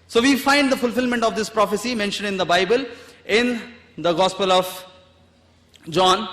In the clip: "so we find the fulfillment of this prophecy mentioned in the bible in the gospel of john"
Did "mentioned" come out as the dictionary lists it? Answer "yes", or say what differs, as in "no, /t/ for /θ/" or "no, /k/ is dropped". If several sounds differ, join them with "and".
yes